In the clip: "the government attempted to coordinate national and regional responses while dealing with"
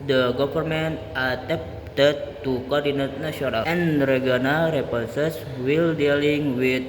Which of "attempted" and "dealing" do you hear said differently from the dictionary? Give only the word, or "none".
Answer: attempted